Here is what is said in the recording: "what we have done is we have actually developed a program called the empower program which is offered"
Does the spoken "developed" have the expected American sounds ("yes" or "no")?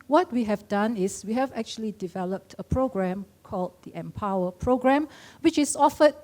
yes